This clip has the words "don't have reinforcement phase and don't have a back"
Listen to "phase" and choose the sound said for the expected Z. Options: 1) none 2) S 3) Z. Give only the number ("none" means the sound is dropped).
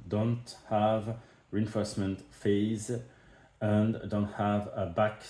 3